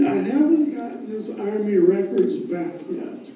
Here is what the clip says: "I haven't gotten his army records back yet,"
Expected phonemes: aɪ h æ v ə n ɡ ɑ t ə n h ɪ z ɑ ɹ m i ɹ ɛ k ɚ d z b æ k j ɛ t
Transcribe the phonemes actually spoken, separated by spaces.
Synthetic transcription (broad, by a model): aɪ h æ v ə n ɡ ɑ t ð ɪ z ɑ ɹ m i ɹ ɛ k ɚ d z b æ k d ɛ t